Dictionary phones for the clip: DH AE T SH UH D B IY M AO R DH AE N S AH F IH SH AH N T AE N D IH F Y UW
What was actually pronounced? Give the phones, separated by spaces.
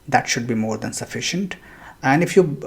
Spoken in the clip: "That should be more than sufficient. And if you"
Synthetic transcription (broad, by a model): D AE T SH UH D B IY M AO R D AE N S AH F IH SH AH N T AE N D IH F Y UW